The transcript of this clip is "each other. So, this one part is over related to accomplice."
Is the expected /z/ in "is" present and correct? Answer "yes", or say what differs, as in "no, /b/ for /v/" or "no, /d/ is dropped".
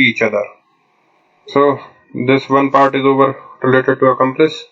yes